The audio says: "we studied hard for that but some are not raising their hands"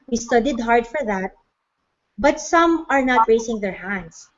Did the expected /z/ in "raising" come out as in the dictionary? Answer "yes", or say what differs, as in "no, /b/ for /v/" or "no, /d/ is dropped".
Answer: no, /s/ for /z/